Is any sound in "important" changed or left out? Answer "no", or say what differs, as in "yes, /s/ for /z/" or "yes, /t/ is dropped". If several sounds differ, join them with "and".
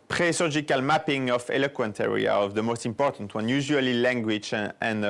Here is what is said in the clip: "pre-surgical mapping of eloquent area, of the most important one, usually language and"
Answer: no